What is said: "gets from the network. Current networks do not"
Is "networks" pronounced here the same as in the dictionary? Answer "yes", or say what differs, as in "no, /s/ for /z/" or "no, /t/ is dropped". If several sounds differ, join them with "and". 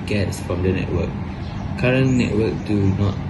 no, /s/ is dropped